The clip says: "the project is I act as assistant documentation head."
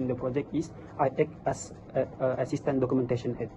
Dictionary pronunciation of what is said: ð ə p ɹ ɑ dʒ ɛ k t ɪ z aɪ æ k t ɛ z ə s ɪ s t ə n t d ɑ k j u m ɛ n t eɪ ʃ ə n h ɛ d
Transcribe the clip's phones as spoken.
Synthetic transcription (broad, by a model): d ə p ɹ ɑ dʒ ɛ k t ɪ s aɪ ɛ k ɛ s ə s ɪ s t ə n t d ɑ k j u m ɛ n t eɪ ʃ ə n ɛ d